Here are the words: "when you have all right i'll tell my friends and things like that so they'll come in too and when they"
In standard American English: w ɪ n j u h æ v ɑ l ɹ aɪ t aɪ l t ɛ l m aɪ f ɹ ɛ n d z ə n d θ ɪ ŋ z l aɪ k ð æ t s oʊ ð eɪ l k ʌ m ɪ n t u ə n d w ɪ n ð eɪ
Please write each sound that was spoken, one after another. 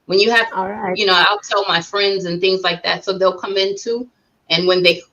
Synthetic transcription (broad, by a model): w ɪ n j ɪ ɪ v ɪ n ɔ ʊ aɪ l t ɛ l m aɪ f ɹ ɛ n d z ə n θ ɪ ŋ z l aɪ k ð æ t s oʊ ð eɪ l k ʌ m ɪ n t u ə n w ɪ n ð eɪ